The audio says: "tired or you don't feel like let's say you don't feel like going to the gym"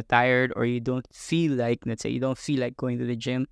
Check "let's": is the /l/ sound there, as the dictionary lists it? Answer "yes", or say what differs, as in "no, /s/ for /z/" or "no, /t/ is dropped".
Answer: no, /n/ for /l/